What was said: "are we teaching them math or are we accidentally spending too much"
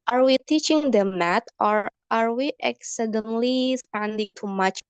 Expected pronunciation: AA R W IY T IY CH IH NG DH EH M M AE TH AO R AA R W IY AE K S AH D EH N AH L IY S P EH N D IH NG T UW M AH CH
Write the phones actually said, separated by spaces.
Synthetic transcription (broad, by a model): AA R W IY T IY CH IH NG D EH M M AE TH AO R AA R W IY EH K S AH D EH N L IY S P EH N D IH NG T UW M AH CH